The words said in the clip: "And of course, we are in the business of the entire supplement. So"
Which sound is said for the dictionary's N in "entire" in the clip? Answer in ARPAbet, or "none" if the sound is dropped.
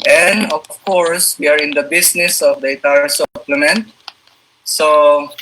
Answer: none